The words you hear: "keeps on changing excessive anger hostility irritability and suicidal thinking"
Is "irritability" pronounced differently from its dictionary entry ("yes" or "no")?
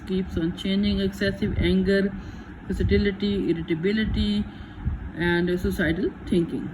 no